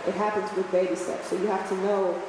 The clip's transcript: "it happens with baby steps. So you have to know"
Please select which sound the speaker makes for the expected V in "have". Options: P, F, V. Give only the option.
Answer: F